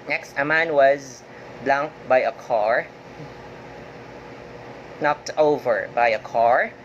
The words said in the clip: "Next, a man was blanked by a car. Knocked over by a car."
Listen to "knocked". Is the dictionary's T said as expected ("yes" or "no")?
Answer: yes